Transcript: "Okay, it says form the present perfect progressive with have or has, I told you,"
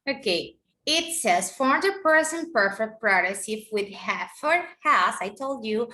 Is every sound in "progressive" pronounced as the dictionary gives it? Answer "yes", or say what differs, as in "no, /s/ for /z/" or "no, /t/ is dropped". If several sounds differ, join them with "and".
no, /f/ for /v/